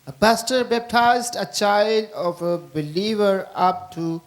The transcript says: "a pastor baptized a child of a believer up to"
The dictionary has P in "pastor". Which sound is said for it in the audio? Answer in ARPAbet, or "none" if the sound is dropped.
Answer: B